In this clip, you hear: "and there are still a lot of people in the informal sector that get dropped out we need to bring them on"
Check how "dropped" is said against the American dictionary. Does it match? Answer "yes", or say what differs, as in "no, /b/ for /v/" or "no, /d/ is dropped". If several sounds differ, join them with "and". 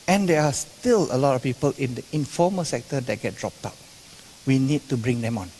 yes